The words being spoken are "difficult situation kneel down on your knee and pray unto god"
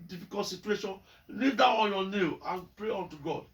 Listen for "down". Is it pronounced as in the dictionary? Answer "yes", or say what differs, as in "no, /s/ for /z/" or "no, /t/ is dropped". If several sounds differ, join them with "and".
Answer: no, /n/ is dropped